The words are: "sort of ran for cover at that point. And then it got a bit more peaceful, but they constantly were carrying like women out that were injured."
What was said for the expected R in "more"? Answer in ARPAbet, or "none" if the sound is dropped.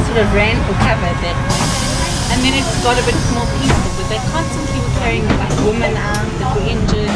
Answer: L